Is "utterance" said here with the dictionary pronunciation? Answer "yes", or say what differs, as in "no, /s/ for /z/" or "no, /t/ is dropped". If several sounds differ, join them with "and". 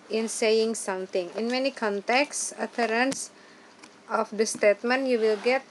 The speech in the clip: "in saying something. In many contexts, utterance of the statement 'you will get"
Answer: yes